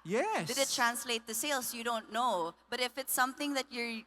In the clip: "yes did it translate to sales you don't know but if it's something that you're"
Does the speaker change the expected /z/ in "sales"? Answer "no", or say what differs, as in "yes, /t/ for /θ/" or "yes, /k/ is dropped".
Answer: yes, /s/ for /z/